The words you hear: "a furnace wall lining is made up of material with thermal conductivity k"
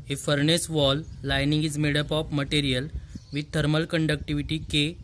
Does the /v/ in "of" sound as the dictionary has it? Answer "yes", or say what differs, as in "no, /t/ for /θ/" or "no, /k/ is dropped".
no, /p/ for /v/